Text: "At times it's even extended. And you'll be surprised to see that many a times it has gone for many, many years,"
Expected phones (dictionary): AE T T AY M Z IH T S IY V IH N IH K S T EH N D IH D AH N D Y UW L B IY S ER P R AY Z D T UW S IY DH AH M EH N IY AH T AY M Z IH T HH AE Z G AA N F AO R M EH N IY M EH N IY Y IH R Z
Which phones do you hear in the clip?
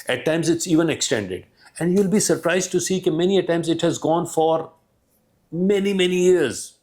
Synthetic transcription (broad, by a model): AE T T AY M Z IH T S IY V IH N IH K S T EH N D IH D AH N D Y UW L B IY S ER P R AY Z D T UW S IY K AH M EH N IY AH T AY M Z IH T HH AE Z G AA N F AO R M EH N IY M EH N IY Y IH R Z